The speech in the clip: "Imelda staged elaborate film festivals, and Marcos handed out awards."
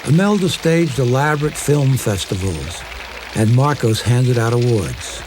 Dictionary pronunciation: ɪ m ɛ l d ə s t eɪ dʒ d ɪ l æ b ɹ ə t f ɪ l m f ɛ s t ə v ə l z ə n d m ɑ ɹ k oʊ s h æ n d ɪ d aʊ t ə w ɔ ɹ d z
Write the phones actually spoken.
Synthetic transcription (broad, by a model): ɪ m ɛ l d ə s t eɪ dʒ d ɪ l æ b ɹ ə t f ɪ l m f ɛ s t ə v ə l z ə n m ɑ ɹ k oʊ s h æ n d ɪ d aʊ t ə w ɔ ɹ d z